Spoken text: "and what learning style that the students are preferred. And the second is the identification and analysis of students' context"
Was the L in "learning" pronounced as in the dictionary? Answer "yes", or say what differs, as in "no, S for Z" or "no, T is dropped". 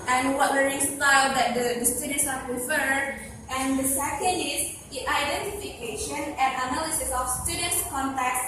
no, W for L